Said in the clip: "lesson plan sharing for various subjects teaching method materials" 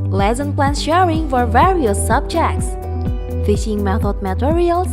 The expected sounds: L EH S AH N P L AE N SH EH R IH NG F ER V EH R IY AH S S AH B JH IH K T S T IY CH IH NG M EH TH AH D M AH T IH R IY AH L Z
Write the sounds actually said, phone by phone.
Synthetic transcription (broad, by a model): L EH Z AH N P L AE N SH EH R IH NG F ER V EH R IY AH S S AH B JH IH K T S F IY SH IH NG M EH TH AH D M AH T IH R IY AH L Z